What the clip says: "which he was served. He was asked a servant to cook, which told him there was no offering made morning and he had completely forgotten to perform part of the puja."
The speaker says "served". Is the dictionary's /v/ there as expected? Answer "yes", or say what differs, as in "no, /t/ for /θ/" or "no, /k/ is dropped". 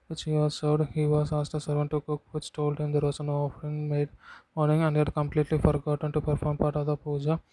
no, /v/ is dropped